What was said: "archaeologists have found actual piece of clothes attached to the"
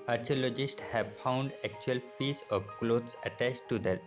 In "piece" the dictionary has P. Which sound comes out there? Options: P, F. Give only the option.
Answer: F